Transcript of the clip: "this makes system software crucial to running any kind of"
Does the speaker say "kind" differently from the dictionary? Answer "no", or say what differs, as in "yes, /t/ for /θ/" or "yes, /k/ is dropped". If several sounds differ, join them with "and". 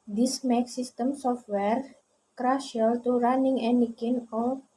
yes, /d/ is dropped